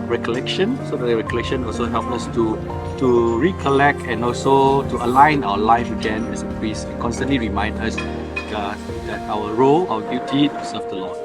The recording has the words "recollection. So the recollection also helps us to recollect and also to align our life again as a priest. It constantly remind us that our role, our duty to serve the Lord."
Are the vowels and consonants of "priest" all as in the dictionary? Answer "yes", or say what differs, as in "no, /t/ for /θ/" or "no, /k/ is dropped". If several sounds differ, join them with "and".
no, /t/ is dropped